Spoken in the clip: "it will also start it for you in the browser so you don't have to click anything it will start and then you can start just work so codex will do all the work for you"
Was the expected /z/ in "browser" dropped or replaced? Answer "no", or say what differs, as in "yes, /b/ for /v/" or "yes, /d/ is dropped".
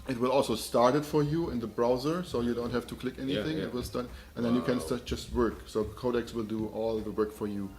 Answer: no